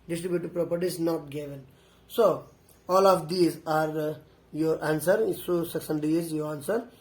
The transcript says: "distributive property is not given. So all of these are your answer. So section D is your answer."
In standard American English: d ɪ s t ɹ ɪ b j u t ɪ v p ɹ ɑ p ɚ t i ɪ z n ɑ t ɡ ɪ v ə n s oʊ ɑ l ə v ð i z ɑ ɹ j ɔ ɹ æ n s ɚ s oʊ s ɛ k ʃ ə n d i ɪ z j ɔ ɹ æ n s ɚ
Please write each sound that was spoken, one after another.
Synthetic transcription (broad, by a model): d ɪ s t ɹ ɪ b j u t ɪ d p ɹ ɑ p ɚ t i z n ɑ t ɡ ɪ v ə n s oʊ ɑ l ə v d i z ɑ ɹ j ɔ ɹ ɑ n s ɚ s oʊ s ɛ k s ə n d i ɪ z j ɔ ɹ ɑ n s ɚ